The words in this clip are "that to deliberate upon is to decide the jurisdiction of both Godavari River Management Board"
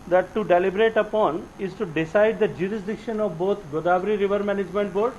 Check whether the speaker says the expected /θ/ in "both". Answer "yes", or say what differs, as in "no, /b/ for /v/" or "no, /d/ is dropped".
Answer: no, /t/ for /θ/